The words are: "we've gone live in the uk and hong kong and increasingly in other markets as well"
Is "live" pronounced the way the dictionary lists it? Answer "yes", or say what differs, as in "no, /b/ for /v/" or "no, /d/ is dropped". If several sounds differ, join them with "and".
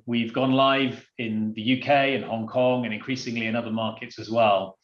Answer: yes